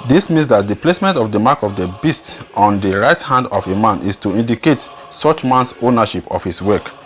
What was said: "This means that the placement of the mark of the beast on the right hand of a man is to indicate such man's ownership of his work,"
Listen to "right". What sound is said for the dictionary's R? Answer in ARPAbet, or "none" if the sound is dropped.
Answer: R